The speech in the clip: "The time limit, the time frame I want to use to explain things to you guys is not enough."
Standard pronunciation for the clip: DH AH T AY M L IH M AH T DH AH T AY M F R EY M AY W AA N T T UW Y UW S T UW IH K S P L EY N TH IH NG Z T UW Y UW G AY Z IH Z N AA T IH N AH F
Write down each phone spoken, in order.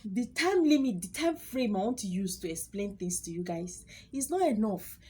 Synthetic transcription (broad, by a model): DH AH T AY M L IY M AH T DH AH T AY M F R EY M AY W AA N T T UW Y UW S T UW IH K S P L EY N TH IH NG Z T UW Y UW G AY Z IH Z N AA T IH N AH F